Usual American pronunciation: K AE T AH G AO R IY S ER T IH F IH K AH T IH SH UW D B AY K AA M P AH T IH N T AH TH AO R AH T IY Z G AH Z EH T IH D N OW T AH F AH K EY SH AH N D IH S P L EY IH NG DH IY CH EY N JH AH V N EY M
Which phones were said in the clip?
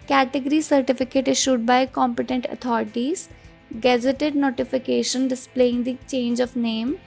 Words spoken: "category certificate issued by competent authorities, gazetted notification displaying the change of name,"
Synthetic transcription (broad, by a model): K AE T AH G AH R IY S ER T IH F IH K AH T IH SH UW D B AY K AA M P AH T IH N T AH T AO R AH T IY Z G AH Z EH T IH D N OW T AH F AH K EY SH AH N D IH S P L EY IH NG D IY CH EY N JH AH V N EY M